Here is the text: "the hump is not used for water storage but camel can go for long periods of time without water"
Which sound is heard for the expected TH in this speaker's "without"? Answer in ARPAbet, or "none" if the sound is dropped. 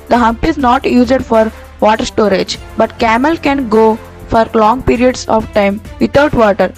T